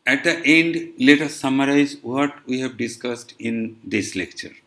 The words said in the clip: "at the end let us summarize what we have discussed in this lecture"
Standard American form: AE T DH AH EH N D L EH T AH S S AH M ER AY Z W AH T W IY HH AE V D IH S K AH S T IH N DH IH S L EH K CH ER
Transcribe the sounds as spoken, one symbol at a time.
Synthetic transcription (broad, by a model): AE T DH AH EH N D L EH T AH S S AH M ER AY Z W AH T W IY HH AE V D IH S K AH S T IH N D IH S L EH K CH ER